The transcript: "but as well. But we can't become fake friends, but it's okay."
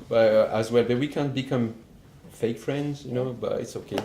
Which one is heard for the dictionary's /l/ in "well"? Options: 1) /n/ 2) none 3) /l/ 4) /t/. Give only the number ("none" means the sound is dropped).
3